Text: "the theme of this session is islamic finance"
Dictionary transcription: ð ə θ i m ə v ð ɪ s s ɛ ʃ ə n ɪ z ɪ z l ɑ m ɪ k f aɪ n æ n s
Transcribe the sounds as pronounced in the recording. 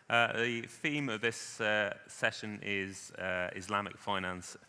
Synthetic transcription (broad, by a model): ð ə θ i m ə v ð ɪ s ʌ ɛ ʃ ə n ɪ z ɪ z l ɑ m ɪ k f aɪ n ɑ n s